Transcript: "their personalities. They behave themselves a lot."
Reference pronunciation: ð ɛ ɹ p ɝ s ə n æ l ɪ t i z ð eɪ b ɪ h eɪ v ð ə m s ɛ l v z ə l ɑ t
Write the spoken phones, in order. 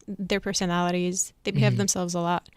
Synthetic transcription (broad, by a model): ð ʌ ɹ p ɝ s ə n æ l ɪ t i z ð eɪ b ɪ h eɪ v ð ə m s ɛ l v z ə l ɑ t